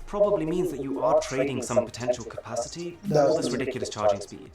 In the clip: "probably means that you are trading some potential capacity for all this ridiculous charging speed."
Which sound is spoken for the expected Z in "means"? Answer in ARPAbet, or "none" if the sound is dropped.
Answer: Z